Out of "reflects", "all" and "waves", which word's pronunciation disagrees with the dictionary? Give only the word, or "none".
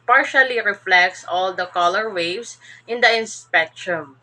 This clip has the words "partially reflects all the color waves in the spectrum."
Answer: waves